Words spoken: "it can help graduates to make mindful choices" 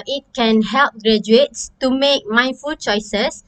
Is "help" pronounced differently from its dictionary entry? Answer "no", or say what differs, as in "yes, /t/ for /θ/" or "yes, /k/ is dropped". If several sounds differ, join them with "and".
no